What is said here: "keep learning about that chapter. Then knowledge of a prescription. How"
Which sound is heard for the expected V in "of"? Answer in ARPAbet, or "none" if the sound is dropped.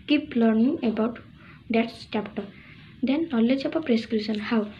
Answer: P